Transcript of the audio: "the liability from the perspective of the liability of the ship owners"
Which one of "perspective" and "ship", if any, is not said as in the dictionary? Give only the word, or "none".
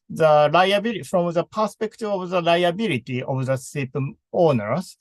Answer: ship